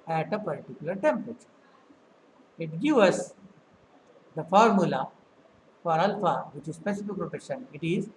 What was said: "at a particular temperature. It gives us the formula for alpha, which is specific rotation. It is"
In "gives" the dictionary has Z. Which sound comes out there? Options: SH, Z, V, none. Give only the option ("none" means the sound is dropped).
none